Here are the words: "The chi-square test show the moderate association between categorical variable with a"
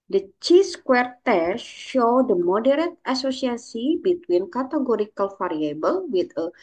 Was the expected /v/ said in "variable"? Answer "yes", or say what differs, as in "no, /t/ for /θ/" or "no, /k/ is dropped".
no, /f/ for /v/